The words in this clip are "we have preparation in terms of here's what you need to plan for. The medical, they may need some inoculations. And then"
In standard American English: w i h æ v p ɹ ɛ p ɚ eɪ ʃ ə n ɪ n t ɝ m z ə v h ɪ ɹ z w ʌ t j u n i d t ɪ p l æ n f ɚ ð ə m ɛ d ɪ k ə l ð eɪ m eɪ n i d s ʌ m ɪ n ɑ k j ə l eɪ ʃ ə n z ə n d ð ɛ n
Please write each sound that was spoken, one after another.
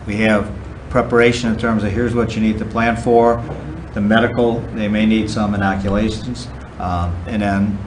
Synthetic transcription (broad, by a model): w i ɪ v p ɹ ɛ p ɚ eɪ ʃ ə n ɪ n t ɝ m z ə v h ɪ ɹ z w ʌ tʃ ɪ n i d t ɪ p l æ n f ɚ ð ə m ɛ d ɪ k l ð eɪ m eɪ n i d s ʌ m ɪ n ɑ k j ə l eɪ ʃ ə n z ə n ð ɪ n